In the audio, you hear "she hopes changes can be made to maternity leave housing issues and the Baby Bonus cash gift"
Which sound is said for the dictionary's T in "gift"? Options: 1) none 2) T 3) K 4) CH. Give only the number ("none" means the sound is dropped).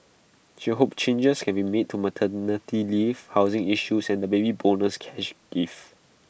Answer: 1